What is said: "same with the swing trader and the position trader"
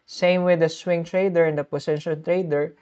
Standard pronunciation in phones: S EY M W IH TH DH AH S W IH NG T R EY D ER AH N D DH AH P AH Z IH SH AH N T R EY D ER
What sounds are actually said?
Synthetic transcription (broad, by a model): S EY M W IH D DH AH S W IH NG T R EY D ER AH N D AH P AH S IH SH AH L T R EY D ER